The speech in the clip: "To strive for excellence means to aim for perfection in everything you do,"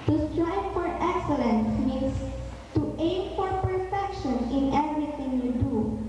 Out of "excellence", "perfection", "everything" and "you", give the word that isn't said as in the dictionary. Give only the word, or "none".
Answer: everything